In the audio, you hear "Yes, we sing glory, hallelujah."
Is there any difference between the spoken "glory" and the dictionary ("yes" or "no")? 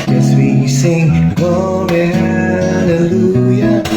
yes